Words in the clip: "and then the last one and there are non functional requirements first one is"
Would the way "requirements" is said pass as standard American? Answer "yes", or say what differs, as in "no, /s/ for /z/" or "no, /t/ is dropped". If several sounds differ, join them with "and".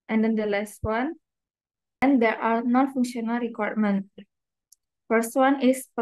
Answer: no, /s/ is dropped